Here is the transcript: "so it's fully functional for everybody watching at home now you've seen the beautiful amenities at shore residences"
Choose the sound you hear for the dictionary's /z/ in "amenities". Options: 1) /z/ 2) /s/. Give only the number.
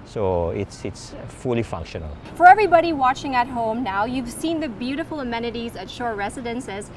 1